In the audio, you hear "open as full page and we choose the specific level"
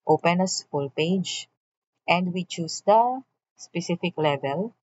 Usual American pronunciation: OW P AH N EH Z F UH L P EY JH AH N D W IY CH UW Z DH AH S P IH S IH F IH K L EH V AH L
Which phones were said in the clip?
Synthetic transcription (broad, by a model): OW P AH N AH S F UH L P EY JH AH N D W IY CH UW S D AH S P IH S IH F IH K L EH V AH L